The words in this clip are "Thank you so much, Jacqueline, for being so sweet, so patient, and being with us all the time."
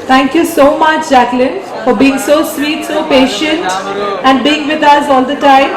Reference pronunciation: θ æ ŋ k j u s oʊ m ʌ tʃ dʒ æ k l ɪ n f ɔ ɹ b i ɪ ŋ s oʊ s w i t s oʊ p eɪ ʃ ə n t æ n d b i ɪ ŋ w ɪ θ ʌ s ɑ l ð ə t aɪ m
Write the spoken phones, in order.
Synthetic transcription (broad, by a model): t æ ŋ k j u s oʊ m ʌ tʃ dʒ æ k l ɪ n f ɔ ɹ b i ɪ ŋ s oʊ s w i t s oʊ p eɪ ʃ ə n t æ n d b i ɪ ŋ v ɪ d ʌ s ɑ l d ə t aɪ m